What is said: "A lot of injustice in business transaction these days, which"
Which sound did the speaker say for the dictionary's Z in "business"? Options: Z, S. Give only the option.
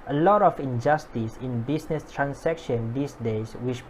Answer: S